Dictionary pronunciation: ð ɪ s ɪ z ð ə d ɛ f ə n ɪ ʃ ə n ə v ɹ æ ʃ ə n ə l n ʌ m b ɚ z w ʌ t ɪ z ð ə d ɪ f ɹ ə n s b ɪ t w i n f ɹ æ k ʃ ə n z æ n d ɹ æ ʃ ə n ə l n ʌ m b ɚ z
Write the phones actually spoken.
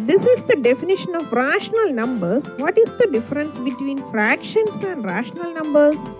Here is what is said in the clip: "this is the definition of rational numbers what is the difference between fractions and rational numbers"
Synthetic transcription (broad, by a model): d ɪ s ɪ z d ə d ɛ f ə n ɪ ʃ ə n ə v ɹ æ ʃ ə n ə l n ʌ m b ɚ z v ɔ t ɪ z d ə d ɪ f ɹ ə n s b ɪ t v i n f ɹ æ k ʃ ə n s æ n d ɹ æ ʃ ə n ə l n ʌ m b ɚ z